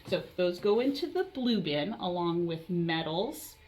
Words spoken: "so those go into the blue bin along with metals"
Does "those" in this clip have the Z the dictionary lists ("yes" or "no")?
yes